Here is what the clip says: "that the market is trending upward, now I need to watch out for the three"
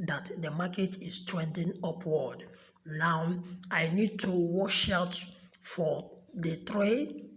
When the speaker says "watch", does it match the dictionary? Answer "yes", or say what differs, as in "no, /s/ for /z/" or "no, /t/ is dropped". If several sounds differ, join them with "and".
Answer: no, /ʃ/ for /tʃ/